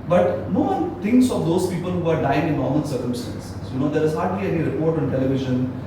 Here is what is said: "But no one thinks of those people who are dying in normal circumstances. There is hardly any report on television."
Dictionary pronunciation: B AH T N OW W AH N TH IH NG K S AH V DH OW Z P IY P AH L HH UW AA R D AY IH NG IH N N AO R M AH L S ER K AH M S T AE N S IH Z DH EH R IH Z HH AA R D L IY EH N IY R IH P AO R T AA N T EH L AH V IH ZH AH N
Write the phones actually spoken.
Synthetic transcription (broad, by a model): B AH T N OW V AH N T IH NG K S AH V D OW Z P IY P AH L HH UW AA R D AY IH NG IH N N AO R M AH N S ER K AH M S T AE N S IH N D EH R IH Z HH AA R D L IY EH N IY R IH P AO R T AA N T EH L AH V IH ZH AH N